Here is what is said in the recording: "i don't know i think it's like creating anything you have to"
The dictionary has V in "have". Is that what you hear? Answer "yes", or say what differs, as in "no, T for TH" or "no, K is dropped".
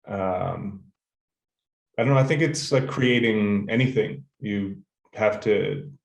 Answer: no, F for V